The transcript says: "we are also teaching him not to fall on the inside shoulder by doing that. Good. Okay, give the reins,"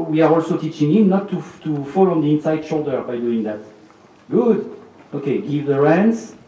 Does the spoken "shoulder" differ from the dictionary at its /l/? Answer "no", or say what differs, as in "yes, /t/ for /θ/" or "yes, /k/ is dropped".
no